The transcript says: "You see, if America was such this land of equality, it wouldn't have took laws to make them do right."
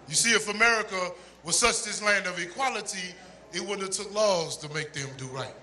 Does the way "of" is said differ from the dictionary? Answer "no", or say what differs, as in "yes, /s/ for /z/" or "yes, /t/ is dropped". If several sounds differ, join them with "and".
no